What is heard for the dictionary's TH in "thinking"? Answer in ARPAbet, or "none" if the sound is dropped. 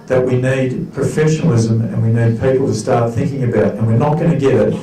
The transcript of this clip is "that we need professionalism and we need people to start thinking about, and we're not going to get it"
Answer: TH